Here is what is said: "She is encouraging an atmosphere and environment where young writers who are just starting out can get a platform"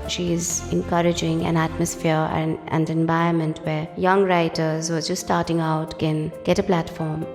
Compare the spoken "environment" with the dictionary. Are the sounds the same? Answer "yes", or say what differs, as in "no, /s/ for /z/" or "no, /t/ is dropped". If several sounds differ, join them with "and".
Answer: no, /ɹ/ is dropped